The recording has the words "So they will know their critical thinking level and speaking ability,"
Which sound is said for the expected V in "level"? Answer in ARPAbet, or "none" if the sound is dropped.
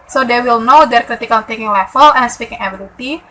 F